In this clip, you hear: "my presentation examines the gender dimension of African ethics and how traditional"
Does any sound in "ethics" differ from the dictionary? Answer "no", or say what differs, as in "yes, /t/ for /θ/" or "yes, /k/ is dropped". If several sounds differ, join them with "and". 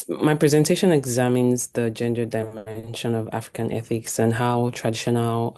no